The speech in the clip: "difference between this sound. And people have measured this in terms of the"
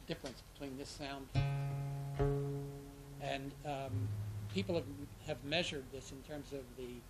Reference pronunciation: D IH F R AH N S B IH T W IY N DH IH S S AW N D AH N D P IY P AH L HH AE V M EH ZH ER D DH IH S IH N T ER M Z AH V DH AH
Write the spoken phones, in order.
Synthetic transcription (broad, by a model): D IH F R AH N S B IH T W IY N DH IH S S AW N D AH N P IY P L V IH V M EH ZH ER D DH IH S IH N T ER M Z AH V DH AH